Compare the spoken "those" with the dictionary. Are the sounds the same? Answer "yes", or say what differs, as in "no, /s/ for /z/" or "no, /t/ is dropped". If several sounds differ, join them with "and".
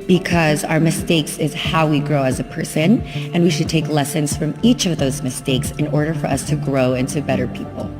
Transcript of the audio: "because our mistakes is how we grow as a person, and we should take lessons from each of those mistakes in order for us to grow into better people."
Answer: yes